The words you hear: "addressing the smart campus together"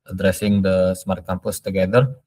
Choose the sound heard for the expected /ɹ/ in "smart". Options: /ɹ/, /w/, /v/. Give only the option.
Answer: /ɹ/